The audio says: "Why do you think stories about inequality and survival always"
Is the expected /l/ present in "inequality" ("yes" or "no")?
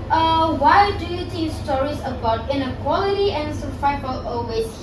yes